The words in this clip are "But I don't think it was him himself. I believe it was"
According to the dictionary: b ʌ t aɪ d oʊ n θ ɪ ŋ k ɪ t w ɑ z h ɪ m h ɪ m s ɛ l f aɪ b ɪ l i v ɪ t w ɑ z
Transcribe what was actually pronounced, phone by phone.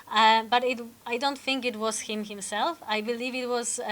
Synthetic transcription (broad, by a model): b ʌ t aɪ d oʊ n θ ɪ ŋ k ɪ t w ɑ z h ɪ m h ɪ m s ɛ l f aɪ b ɪ l i v ɪ t w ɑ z